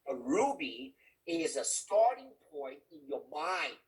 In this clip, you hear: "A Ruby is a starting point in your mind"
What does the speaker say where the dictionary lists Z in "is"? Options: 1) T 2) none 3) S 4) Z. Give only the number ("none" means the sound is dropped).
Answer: 4